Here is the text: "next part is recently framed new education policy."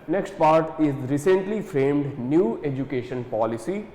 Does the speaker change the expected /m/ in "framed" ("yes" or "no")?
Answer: no